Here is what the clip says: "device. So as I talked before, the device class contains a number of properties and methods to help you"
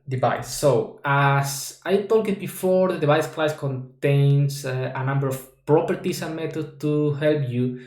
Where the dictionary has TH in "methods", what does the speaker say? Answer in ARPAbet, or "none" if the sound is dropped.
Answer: T